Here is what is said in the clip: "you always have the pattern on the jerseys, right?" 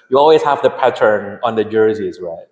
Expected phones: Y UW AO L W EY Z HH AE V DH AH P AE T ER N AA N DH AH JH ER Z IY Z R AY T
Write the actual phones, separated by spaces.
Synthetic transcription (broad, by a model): Y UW AO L W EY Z HH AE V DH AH P AE T ER N AA N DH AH JH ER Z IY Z R AY T